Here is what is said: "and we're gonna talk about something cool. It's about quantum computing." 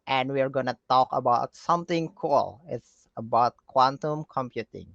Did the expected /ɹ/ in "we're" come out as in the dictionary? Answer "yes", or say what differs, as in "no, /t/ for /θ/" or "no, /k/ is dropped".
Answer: yes